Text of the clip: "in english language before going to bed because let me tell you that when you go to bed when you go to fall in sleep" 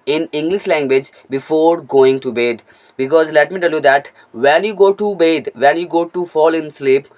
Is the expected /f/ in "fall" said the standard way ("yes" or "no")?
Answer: yes